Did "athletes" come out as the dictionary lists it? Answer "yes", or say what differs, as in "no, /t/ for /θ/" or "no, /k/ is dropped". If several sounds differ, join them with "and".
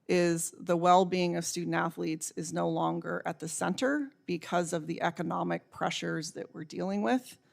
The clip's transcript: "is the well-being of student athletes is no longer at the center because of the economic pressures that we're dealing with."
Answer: yes